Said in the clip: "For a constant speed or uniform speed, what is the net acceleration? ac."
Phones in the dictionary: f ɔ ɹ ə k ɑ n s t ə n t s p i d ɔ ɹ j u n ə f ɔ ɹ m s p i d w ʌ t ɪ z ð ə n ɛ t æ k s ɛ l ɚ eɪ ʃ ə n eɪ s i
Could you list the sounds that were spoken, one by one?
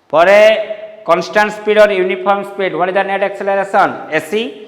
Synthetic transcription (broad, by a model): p ɔ ɹ ə k ɑ n s t ə n t s p i d ɔ ɹ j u n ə p ɔ ɹ m s p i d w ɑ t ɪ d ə n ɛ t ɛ k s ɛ l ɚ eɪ s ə n eɪ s i